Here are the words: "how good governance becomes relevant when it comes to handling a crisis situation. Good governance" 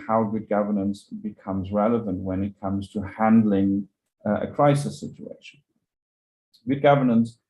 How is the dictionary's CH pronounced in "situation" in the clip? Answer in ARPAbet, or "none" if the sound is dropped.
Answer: CH